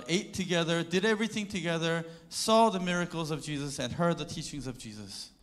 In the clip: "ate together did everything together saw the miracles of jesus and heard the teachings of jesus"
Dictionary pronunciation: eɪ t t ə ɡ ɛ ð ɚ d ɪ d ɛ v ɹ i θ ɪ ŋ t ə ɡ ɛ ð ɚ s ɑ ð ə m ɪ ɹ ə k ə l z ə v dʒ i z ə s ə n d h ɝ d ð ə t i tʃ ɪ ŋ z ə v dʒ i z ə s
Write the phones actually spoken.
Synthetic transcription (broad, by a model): eɪ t t ə ɡ ɛ ð ɚ d ɪ d ɛ v ɹ i θ ɪ ŋ t ə ɡ ɛ ð ɚ s ɑ ð ə m ɪ ɹ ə k l z ə v dʒ i z ə s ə n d h ɝ d ð ə t i tʃ ɪ ŋ z ə v dʒ i z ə s